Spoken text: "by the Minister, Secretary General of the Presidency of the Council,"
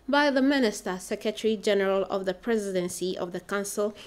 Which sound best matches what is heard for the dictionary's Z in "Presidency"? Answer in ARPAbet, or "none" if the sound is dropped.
Z